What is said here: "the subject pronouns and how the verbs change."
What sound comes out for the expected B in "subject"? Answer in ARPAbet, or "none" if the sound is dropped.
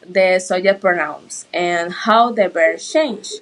none